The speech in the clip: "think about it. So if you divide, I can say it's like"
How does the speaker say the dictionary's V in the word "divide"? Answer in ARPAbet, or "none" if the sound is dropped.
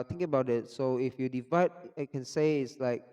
V